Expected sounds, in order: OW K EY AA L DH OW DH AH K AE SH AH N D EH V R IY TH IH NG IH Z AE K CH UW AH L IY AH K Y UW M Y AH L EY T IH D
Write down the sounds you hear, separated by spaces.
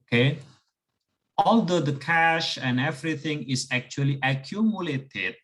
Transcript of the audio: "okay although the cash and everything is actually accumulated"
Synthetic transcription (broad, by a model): K EY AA L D OW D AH K AE SH AH N D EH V R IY T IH NG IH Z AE K CH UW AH L IY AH K Y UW M Y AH L EY T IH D